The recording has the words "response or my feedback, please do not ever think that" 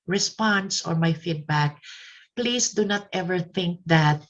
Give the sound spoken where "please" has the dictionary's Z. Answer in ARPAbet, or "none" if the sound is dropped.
S